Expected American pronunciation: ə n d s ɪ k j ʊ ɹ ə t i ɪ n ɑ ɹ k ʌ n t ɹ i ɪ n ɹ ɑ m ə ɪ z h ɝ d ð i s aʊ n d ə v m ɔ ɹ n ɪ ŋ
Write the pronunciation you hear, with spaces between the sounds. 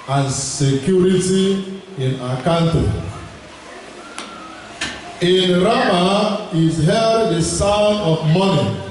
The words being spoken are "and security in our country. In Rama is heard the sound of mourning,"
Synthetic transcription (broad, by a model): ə n s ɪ k j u ɹ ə t i ɪ n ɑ k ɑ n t i ɪ n ɹ ɑ m ə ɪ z h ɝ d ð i s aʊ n ə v m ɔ n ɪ